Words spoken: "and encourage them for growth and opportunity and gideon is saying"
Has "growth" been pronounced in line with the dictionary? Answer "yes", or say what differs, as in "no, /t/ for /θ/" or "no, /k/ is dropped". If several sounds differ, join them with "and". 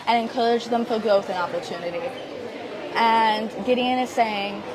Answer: yes